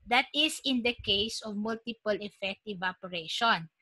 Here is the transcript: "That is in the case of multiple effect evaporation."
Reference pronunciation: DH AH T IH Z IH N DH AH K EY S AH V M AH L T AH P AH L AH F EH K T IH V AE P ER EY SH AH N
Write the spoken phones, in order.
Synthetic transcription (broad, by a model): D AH T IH S IH N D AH K EY S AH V M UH L T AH P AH L AH F EH K T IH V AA P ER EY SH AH N